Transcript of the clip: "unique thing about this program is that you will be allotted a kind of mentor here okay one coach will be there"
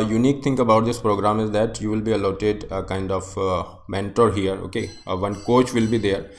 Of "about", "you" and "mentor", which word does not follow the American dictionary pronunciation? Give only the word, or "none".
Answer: none